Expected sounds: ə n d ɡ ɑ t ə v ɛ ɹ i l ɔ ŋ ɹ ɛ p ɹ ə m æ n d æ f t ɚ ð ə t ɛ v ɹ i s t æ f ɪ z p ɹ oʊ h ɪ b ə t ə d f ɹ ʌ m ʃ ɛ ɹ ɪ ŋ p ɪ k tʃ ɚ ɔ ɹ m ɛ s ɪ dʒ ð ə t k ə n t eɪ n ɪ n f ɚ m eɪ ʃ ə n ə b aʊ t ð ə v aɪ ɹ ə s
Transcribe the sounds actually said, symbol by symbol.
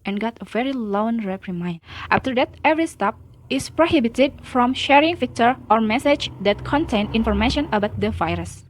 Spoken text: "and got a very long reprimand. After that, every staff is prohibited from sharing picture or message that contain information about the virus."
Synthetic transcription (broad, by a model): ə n ɡ ɑ t ə v ɛ ɹ i l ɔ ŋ ɹ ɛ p ɹ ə m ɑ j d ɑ f t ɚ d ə t ɛ v ɹ i s t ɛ p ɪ s p ɹ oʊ h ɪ b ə t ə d f ɹ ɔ m ʃ ɛ ɹ ɪ ŋ f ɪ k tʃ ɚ ɔ ɹ m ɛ s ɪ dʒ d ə t k ə n t eɪ n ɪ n f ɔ m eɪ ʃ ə n ə b aʊ t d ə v aɪ ɹ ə s